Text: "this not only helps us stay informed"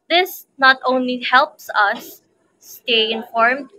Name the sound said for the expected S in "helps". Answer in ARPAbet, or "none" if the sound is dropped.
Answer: S